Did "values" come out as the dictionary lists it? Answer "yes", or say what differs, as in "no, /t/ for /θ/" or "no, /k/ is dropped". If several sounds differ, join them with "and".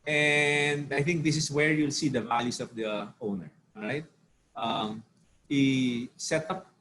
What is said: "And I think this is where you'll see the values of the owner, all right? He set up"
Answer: no, /s/ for /z/